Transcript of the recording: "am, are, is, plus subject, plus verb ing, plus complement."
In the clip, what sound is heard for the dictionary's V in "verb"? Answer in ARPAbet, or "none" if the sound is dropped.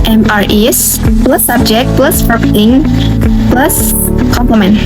P